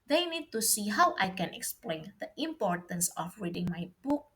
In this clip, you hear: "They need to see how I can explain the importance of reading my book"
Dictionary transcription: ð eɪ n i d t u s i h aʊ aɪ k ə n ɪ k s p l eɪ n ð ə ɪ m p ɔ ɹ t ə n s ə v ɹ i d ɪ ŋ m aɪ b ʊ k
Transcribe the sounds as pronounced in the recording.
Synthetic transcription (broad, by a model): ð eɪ n i d t u s i h aʊ aɪ k ə n ɪ k s p l eɪ n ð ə ɪ m p ɔ ɹ t ə n s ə f ɹ i d ɪ ŋ m aɪ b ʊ k